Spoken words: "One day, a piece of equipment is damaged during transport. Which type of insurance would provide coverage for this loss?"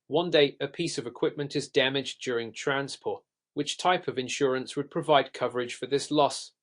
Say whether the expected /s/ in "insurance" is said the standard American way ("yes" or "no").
yes